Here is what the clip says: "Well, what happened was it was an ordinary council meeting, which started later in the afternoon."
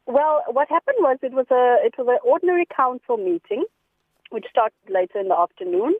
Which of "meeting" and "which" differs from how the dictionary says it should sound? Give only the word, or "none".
none